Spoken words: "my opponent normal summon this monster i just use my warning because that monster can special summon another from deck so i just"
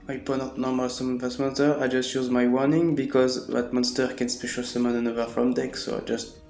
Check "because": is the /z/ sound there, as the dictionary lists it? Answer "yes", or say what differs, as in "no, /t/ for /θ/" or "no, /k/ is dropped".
yes